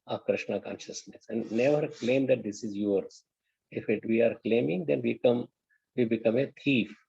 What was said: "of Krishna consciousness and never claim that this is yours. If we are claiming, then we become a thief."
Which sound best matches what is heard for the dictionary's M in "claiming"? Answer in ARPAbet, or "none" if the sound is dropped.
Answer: M